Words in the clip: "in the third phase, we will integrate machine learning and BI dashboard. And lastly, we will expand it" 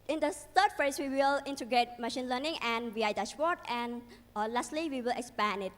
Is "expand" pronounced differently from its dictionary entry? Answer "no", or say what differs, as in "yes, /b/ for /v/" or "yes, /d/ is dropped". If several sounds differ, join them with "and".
yes, /d/ is dropped